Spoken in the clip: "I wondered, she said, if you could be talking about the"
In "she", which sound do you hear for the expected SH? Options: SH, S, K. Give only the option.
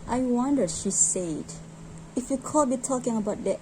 SH